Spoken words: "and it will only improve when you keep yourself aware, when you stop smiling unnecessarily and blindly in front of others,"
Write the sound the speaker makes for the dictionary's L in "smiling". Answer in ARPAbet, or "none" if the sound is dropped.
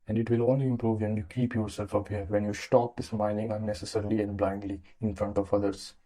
N